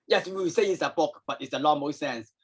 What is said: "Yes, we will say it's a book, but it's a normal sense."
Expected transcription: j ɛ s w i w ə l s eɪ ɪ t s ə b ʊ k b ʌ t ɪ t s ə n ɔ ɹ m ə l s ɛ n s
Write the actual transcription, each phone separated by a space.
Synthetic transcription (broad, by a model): j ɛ s w i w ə s eɪ ɪ t s ə b ʊ k b ʌ t ɪ t s ə l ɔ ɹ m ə s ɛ n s